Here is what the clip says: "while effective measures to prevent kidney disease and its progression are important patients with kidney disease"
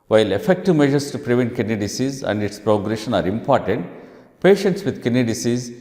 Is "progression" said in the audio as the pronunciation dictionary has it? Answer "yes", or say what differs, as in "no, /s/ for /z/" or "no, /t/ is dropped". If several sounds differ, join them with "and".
yes